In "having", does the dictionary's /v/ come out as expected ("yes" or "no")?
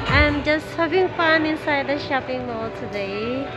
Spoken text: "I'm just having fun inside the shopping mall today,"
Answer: no